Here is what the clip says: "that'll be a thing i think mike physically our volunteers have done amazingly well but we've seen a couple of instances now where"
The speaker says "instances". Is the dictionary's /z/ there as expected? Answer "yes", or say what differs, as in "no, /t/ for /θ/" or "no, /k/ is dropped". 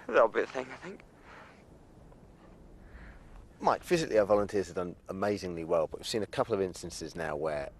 yes